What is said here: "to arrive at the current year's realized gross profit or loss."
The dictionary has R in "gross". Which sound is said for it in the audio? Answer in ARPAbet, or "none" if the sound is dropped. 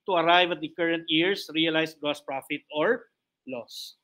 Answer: none